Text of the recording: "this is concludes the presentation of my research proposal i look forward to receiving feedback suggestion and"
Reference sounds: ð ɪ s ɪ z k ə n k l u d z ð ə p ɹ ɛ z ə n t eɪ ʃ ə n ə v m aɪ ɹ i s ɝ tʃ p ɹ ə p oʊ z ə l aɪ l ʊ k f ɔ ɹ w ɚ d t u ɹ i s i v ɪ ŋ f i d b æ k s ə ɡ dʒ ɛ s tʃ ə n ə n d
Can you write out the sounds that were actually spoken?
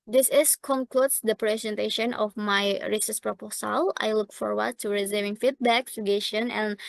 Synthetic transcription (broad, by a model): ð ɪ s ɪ s k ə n k l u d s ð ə p ɹ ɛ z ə n t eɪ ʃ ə n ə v m aɪ ɹ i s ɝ s p ɹ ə p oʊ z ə l aɪ l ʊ k f ɔ ɹ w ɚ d t u ɹ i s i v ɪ ŋ f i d b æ k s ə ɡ ɛ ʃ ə n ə n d